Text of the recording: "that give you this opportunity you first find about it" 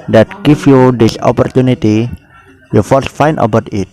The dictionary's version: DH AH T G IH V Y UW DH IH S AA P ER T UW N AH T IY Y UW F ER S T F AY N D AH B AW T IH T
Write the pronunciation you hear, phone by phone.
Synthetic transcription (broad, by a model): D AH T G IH F Y UW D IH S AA P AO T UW N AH T IY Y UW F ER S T F AY N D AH B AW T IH T